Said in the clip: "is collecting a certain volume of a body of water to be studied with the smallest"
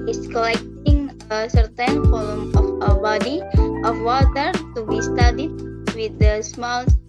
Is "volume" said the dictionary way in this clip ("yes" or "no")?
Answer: no